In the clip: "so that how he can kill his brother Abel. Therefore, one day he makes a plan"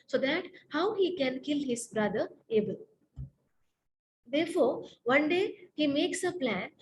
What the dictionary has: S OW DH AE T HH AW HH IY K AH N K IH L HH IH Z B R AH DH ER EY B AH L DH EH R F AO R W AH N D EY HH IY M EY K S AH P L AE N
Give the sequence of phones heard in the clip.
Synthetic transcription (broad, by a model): S OW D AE T HH AW HH IY K AH N K IH L HH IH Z B R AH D ER EY B AH L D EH R F AO R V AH N D EY HH IY M EY K S AH P L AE N